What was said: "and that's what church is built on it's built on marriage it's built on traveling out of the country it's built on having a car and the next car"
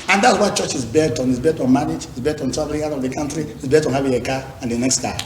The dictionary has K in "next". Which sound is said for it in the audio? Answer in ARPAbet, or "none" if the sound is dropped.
K